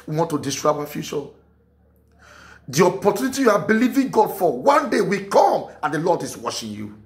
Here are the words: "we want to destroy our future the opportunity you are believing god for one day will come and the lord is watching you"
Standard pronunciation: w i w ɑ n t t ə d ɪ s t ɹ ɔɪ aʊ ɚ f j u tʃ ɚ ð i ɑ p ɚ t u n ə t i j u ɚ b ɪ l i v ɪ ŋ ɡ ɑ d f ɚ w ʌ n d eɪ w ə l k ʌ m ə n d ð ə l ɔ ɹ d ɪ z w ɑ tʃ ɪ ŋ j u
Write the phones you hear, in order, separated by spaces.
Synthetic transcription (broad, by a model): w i w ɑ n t t ə d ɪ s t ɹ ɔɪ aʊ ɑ f j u tʃ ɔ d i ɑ p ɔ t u n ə t i j u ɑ b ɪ l i v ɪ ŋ ɡ ɑ d f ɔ w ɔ n d eɪ w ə k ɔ m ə n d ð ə l ɔ d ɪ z w ɑ ʃ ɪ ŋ j u